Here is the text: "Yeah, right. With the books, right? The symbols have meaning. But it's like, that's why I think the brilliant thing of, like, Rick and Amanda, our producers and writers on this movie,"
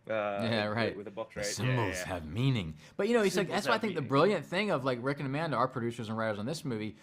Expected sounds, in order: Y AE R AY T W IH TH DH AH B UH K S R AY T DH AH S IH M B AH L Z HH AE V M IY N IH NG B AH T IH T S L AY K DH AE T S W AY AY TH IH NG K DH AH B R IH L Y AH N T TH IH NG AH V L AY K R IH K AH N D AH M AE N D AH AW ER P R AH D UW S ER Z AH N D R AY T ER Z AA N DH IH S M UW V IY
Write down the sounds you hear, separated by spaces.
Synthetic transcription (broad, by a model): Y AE R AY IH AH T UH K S S IH M B L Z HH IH V M IY N IH NG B AH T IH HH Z L AY K DH AE T S W AY AY TH IH NG K DH AH B R IH L Y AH N TH IH NG AH V L AY K R IH K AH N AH M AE N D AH AW ER P R AH D UW S ER Z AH N R AY T ER Z N DH IH S M UW V IY